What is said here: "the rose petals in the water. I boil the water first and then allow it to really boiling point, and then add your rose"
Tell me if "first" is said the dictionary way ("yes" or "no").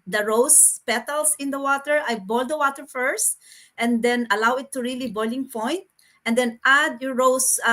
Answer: yes